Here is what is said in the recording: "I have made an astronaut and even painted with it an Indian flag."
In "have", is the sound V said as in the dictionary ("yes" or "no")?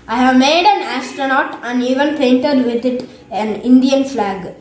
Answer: yes